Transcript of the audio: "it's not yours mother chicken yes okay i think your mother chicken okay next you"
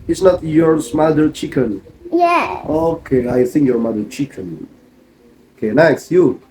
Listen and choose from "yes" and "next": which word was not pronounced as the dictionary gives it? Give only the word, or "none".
yes